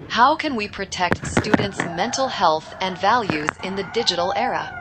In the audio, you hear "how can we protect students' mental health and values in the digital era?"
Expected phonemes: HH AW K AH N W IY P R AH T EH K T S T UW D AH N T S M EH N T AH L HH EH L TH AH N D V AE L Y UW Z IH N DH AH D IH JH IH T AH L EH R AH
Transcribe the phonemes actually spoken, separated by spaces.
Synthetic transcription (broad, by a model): HH AW K AH N W IY P R AH T EH K T S T UW D N T S M EH N T L HH EH L TH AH N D V AE L Y UW Z IH N DH AH D IH JH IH T L EH R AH